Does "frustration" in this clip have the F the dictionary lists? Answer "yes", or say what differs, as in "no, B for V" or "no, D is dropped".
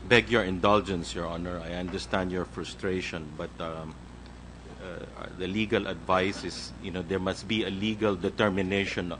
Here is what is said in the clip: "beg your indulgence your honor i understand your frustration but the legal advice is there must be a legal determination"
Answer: yes